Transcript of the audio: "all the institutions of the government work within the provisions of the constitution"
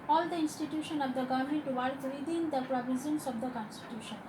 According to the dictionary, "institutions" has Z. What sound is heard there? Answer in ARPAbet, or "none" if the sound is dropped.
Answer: none